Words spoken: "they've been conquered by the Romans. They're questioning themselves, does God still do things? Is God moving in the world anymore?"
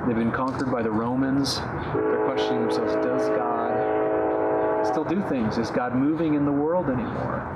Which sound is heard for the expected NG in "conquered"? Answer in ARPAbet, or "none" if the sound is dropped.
NG